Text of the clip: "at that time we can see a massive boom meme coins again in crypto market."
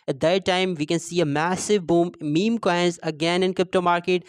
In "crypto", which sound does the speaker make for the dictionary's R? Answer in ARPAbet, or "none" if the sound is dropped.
R